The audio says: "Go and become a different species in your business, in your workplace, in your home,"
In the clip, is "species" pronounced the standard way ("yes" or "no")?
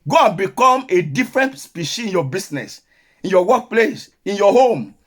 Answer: no